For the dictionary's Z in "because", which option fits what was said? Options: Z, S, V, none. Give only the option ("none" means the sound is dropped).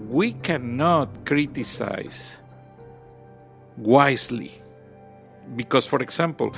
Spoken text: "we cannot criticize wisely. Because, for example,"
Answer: S